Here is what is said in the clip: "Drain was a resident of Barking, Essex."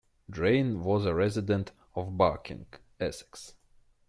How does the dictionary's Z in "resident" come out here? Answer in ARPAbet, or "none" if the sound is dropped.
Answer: Z